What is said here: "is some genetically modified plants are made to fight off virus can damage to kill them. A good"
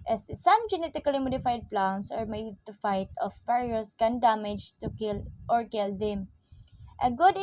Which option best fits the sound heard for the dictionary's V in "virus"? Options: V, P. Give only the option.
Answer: P